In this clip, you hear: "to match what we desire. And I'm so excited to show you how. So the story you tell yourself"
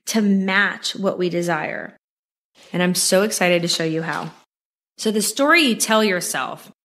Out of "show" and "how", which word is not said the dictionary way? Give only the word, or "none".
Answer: none